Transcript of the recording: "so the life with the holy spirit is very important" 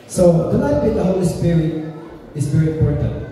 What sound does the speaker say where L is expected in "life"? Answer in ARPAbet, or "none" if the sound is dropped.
N